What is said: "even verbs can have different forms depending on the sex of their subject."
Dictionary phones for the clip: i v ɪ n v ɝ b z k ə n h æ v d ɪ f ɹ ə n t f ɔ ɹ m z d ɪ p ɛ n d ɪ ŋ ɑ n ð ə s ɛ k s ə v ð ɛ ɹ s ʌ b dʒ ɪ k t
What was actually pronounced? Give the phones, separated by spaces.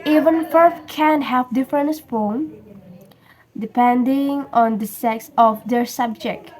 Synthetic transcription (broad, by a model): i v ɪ n f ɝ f k ə n h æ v d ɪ f ɹ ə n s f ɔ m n d ɪ p ɛ n d ɪ ŋ ɑ n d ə s ɛ k s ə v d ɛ ɹ s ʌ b dʒ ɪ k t